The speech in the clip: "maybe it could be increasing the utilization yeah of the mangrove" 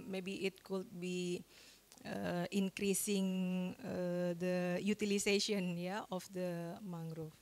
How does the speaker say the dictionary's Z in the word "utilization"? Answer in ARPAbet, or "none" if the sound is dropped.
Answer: S